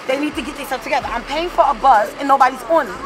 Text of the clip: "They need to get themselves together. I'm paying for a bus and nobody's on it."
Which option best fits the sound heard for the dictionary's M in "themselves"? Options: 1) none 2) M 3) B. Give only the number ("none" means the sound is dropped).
1